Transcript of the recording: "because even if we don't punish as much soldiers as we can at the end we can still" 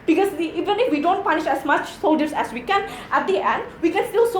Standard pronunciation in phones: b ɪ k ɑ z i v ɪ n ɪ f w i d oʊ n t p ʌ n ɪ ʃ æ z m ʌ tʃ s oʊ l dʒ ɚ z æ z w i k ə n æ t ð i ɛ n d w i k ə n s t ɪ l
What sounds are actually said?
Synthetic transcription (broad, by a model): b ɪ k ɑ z i v ɪ n ɪ f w i d oʊ n t p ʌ n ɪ ʃ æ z m ʌ tʃ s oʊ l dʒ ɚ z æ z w i k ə n æ t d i ɛ n d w i k ə n s t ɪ l